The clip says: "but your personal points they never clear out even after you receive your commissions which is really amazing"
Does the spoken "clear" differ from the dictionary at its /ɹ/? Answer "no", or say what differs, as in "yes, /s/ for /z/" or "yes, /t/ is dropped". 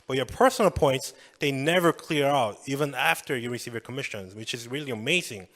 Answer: no